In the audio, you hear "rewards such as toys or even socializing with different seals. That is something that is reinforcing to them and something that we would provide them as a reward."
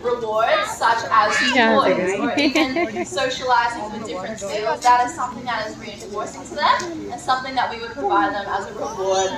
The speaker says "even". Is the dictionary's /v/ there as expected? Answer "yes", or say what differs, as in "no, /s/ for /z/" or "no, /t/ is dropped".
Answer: no, /v/ is dropped